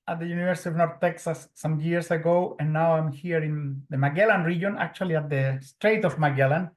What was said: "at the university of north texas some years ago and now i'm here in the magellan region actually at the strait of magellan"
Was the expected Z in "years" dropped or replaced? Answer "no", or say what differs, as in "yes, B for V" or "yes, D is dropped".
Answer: yes, S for Z